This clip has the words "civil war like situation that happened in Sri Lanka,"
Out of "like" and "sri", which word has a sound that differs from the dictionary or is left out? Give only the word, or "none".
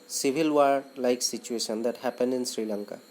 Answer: none